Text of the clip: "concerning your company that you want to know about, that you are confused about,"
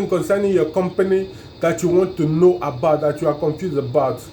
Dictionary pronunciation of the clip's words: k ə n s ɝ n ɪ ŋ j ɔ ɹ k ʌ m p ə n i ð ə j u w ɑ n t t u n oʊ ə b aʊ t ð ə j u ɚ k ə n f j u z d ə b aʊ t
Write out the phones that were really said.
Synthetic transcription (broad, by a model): k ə n s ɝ n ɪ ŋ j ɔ k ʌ m p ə n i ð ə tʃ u w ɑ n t t u n oʊ ə b aʊ t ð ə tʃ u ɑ k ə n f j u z ə b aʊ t